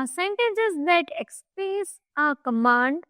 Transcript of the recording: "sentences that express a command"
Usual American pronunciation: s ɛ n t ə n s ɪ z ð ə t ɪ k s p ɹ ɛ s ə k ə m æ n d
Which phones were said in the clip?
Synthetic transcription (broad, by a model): s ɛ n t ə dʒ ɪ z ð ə t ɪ k s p ɛ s ə k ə m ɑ n d